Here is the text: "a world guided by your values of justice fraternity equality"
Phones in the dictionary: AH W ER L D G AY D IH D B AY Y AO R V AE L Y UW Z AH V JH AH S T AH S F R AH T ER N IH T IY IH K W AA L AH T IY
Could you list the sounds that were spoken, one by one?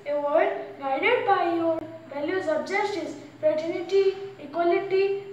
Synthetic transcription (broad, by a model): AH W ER D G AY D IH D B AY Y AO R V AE L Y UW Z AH B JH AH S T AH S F R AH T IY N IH T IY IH K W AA L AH T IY